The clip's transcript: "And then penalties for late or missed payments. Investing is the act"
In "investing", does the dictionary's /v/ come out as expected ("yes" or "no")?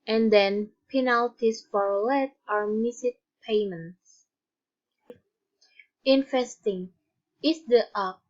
no